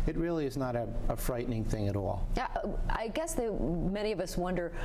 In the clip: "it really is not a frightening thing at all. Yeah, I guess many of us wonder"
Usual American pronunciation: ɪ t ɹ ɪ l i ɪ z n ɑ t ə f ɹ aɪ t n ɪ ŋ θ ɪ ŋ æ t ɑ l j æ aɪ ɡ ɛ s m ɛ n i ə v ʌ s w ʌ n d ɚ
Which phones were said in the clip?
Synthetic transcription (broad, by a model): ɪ t ɹ ɪ l i ɪ z n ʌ t ə f ɹ aɪ t n ɪ ŋ θ ɪ ŋ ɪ t ɑ l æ aɪ ɡ ɛ s m ɛ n i ə v ʌ s w ʌ n d ɚ